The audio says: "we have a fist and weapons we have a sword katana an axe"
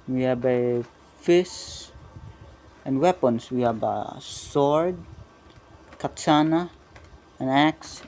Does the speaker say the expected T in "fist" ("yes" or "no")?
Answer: no